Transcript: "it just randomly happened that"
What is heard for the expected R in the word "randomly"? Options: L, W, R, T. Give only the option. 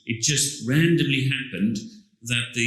R